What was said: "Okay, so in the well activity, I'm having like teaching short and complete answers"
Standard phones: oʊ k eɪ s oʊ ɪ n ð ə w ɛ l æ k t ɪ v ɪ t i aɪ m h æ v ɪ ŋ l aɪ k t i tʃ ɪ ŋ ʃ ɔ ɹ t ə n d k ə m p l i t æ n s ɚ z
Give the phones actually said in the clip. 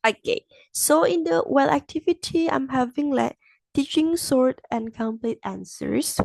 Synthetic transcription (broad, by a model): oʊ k eɪ s oʊ ɪ n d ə w ɛ l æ k t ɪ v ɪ t i aɪ m h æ v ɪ ŋ l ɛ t t i tʃ ɪ ŋ s ɔ ɹ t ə n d k ə m p l i t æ n s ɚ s